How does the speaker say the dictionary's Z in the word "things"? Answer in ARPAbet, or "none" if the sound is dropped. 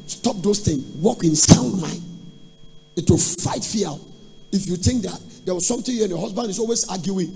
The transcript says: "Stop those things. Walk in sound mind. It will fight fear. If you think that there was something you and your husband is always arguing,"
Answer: none